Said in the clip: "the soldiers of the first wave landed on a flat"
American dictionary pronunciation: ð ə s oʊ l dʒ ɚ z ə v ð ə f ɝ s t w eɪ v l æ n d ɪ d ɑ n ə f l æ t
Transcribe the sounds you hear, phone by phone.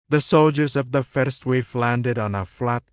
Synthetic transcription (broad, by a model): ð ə s oʊ l dʒ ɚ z ə v ð ə f ɝ s t w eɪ f l æ n d ɪ d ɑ n ə f l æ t